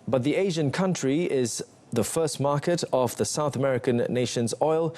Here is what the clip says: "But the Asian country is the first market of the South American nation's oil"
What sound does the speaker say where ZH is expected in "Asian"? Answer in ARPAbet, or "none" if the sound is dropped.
ZH